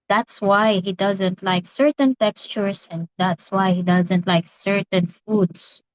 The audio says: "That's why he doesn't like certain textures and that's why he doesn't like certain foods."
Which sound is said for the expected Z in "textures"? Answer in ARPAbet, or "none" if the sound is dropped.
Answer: S